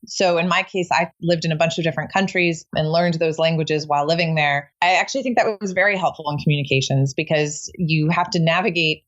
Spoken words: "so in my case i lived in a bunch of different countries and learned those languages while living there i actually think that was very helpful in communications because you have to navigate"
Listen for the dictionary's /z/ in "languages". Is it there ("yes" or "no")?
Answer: yes